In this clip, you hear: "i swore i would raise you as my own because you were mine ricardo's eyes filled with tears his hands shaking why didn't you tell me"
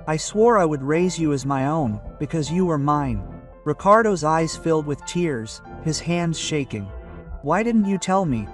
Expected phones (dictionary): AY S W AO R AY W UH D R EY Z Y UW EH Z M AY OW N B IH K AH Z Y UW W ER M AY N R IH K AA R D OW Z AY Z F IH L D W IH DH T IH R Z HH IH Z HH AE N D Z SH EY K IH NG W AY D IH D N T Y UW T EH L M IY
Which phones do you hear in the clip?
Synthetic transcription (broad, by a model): AY S W AO R AY W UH D R EY Z Y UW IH Z M AY OW N B IH K AH Z Y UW W ER M AY N R IH K AA R D OW Z AY Z F IH L D W IH DH T IH R Z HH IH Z HH AE N D Z SH EY K IH NG W AY D IH D N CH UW T EH L M IY